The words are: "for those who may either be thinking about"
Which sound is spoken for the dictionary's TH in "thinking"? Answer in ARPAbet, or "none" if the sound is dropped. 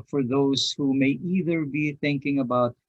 TH